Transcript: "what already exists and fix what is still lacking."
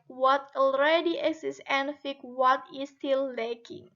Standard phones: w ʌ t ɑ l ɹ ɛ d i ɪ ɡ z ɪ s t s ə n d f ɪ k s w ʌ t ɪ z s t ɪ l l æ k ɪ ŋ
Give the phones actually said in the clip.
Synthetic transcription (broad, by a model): w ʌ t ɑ l ɹ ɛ d i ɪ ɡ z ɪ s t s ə n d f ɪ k w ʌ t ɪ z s t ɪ l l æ k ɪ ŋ